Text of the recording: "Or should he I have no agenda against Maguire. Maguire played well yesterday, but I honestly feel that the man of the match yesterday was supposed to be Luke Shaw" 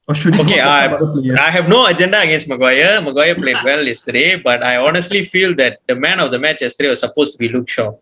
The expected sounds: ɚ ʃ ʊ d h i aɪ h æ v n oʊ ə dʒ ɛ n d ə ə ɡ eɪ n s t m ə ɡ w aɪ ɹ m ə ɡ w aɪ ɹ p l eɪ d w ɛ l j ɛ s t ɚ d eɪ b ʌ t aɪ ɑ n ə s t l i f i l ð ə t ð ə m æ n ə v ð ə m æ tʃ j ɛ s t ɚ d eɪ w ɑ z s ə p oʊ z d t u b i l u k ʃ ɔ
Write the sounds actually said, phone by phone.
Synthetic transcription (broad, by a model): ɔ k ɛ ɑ aɪ h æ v n oʊ ə dʒ ɛ n d ə ə ɡ eɪ n s t m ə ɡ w aɪ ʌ m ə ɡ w aɪ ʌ p l eɪ d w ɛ l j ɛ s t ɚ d eɪ b ʌ t aɪ ɑ n ə s t l i f i l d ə t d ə m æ n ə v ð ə m æ tʃ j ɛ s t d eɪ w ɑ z s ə p oʊ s t u b i l u k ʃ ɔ